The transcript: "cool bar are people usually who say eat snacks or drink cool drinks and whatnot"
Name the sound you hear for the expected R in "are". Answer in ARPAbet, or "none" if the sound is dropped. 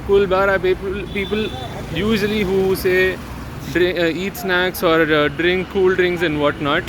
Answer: L